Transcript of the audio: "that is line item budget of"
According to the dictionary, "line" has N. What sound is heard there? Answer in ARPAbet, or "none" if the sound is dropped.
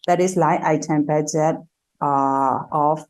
none